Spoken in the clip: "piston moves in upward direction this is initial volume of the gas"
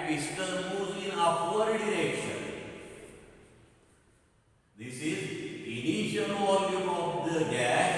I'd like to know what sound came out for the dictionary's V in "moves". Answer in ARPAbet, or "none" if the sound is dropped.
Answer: none